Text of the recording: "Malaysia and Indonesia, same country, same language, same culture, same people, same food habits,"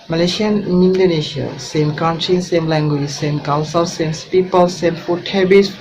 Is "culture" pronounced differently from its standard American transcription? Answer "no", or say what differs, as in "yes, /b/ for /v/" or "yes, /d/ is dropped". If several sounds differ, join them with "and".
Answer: yes, /s/ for /tʃ/